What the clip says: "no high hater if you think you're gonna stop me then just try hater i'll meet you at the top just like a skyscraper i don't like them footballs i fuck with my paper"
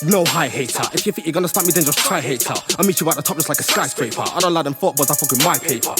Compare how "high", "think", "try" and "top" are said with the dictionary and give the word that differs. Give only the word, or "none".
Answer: think